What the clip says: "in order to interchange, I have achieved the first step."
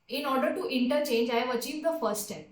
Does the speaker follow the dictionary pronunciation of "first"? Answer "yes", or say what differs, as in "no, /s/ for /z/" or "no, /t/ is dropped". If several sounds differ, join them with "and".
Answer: no, /s/ is dropped